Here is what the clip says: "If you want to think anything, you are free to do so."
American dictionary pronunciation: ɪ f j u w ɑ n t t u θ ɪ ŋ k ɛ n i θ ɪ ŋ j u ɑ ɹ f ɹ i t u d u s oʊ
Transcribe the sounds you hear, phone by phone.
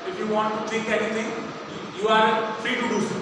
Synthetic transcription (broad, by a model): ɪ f j u w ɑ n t t u t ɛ k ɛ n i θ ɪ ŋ j u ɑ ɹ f ɹ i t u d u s